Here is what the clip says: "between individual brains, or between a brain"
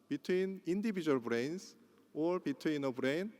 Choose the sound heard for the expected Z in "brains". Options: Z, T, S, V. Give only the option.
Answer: S